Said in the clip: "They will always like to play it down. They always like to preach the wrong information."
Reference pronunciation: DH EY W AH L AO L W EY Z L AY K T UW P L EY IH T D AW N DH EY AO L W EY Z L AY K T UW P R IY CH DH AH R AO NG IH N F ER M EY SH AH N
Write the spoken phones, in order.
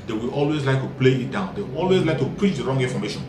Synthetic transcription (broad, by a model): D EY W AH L AO L W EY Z L AY K T UW P L EY IH T D AW N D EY AO L W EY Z L AY K T UW P R IY CH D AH R AO NG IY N F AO M EY SH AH N